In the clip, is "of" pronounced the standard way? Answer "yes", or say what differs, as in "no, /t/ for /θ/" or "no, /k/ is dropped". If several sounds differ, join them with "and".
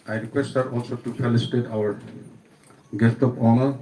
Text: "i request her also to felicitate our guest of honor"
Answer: no, /p/ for /v/